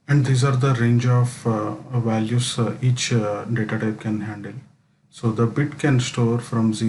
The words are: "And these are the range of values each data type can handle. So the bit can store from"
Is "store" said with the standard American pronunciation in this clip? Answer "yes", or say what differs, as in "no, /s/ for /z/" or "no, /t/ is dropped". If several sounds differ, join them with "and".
yes